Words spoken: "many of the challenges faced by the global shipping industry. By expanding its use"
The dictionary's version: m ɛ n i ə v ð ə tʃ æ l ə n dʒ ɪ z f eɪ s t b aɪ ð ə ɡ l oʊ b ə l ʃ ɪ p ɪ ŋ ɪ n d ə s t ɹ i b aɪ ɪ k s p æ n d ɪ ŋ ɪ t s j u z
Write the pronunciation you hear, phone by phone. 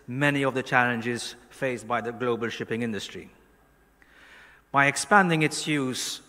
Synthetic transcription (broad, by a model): m ɛ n i ə v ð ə tʃ æ l ə n dʒ ɪ z f eɪ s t b aɪ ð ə ɡ l oʊ b ə l ʃ ɪ p ɪ ŋ ɪ n d ə s t ɹ i b aɪ ɪ k s p æ n d ɪ ŋ ɪ t s j u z